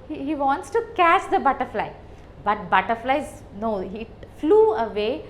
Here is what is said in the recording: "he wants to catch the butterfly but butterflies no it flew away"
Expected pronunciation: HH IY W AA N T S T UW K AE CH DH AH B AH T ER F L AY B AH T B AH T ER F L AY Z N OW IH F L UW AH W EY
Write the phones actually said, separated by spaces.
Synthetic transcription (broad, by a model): HH IY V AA N T S T UW K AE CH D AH B AH T ER F L AY B AH T B AH T ER F L AY Z N OW IH F L UW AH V EY